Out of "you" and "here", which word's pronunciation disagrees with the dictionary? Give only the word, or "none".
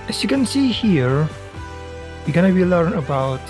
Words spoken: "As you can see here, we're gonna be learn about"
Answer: none